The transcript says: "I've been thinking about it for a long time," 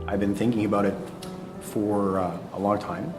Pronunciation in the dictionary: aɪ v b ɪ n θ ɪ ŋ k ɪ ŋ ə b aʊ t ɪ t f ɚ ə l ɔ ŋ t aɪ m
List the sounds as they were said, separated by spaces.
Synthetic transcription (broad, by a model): aɪ v b ɪ n θ ɪ ŋ k ɪ ŋ ə b aʊ t ɪ t f ɚ ə l ɔ ŋ t aɪ m